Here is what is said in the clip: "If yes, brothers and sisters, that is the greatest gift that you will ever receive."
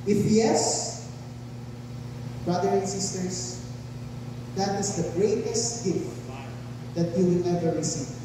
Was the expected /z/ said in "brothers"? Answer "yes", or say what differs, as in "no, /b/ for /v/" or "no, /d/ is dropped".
no, /z/ is dropped